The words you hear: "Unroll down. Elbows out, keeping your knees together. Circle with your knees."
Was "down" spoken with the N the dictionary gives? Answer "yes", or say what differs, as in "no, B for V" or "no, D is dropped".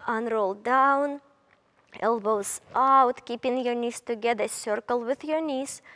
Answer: yes